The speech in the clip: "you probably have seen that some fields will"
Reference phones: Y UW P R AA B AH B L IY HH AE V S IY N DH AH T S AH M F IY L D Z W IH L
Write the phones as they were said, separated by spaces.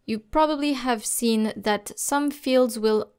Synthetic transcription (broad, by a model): Y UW P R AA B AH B L IY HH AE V S IY N DH AH T S AH M F IY L D Z W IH L